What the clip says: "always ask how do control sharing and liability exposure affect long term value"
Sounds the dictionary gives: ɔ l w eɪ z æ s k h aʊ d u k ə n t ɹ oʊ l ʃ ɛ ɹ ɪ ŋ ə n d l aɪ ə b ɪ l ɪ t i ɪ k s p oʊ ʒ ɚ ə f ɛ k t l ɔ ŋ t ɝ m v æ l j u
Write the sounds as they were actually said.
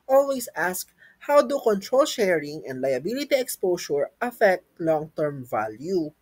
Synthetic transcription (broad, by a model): ɔ l w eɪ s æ s k h aʊ d u k ə n t ɹ oʊ l ʃ ɛ ɹ ɪ ŋ ə n d l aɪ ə b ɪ l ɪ t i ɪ k s p oʊ s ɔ ə f ɛ k t l ɔ ŋ t ɝ m v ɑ l j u